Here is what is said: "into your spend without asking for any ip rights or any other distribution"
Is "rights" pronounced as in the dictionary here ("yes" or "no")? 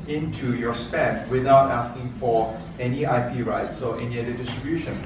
yes